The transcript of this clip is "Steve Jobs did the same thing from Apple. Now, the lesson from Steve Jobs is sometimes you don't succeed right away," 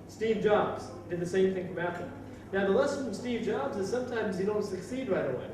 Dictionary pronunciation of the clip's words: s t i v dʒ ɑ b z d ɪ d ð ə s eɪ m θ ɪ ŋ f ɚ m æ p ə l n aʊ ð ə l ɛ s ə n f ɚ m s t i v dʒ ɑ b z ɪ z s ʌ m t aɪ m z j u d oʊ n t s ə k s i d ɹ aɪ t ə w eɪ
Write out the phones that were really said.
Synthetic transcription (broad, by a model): s t i v dʒ ɑ b z d ɪ d ð ə s eɪ m θ ɪ ŋ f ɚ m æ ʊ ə n aʊ ð ə l ɛ s ə n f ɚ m s t i v dʒ ɑ b z ɪ z s ʌ m t aɪ m z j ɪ d oʊ n t s ə k s i d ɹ aɪ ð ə w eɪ